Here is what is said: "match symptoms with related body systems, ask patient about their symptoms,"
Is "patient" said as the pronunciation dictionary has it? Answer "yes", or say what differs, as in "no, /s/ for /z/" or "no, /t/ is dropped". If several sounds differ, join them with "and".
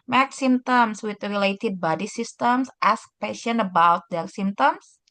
no, /t/ is dropped